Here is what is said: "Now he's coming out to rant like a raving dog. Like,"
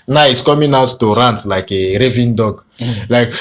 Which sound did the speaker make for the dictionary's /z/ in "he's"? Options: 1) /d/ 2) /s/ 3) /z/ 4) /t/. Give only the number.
2